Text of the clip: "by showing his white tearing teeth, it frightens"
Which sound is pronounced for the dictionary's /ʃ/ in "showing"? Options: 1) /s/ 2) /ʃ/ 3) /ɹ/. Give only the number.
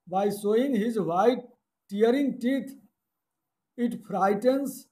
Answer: 1